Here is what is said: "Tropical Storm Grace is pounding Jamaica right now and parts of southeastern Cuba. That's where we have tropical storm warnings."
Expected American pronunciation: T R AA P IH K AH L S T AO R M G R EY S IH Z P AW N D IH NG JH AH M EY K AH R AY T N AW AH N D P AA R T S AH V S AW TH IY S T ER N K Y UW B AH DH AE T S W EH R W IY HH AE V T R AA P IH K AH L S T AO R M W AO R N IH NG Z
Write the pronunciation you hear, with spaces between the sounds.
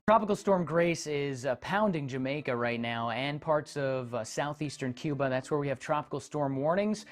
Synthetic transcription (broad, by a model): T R AA P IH K L S T AO R M G R EY S IH Z P AW N D IH NG JH AH M EY K AH R AY T N AW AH N P AA R T S AH V S AW TH IY S T ER N K Y UW B AH DH AE T S W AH R W IY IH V T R AA P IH K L S T AO R M W AO R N IH NG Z